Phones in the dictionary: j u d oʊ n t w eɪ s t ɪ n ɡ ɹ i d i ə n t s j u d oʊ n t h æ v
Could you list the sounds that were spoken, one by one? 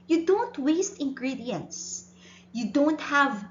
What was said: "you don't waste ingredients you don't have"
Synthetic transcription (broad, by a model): j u d oʊ n t w eɪ s t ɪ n ɡ ɹ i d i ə n t s j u d oʊ n t h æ v